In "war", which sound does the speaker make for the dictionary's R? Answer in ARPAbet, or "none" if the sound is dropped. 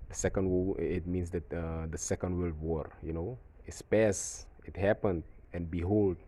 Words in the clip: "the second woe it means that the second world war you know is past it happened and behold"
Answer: R